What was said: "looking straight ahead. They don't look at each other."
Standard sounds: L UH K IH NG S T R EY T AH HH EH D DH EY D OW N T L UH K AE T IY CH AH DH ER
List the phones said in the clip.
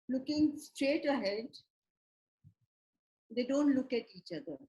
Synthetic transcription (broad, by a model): L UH K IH NG S T R EY T AH HH EH D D EY D OW N T L UH K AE T IY CH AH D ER